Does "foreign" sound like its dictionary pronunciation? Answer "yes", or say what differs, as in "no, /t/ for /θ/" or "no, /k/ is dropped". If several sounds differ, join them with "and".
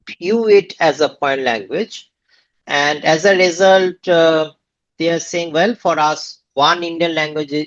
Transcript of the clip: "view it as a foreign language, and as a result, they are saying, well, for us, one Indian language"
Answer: no, /p/ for /f/ and /ɹ/ is dropped